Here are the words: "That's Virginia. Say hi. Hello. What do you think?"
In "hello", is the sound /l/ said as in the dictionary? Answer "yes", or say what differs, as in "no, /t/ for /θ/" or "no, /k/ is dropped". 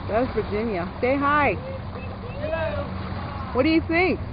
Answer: no, /l/ is dropped